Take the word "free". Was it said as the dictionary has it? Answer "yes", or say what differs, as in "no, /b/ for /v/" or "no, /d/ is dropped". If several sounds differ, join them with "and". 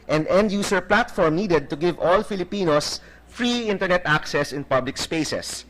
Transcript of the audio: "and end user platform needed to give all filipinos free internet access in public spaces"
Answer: yes